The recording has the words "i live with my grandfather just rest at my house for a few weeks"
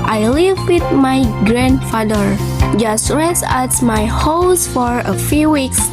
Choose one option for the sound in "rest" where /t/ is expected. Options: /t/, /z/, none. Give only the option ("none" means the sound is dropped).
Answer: none